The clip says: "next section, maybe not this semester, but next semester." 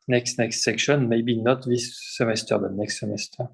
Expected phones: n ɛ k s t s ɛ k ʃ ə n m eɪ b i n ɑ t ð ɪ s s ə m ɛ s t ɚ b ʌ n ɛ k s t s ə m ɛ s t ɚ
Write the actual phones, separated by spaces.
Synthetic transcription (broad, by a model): n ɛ k s t s ɛ k ʃ ə n m eɪ b i n ɑ t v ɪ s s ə m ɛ s t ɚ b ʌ n ɛ k s t s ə m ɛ s t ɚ